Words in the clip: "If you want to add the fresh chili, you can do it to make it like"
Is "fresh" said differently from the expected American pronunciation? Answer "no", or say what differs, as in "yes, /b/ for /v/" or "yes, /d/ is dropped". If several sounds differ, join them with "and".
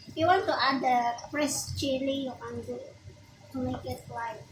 yes, /p/ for /f/ and /s/ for /ʃ/